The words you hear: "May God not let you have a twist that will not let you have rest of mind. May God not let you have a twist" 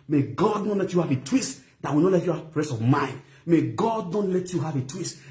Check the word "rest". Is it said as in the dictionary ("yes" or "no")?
no